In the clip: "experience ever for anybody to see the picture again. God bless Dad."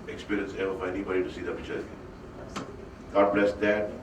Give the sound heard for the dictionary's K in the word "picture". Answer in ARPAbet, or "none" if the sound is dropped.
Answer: none